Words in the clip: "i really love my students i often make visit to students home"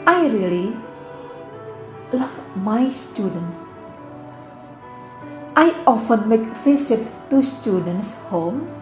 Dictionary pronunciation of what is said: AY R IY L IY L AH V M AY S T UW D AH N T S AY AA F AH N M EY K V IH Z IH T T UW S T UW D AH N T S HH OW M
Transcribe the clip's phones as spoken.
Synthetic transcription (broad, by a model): AY R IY L IY L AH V M AY S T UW D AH N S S AY AA F AH N M EY K F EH S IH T T UW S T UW D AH N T S HH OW M